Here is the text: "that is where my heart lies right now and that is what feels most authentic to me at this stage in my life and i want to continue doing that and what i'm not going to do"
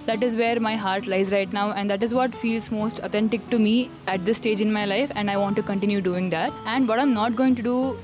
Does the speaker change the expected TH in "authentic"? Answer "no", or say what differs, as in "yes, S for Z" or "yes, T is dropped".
yes, T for TH